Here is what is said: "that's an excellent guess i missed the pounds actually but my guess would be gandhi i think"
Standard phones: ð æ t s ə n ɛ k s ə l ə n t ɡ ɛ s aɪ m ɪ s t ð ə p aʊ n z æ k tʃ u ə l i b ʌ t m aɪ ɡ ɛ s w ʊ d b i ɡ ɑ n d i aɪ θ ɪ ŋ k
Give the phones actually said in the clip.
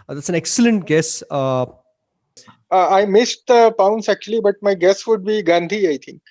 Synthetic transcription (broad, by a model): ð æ t s ə n ɛ k s ə l ə n t ɡ ɛ s aɪ m ɪ s t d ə p aʊ n s æ k tʃ u ə l i b ʌ t m aɪ ɡ ɛ s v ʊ d b i ɡ ɑ n d i aɪ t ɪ ŋ k